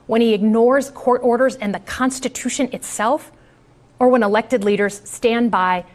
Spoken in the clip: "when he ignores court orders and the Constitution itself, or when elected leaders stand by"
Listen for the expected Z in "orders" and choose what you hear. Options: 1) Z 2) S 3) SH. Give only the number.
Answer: 1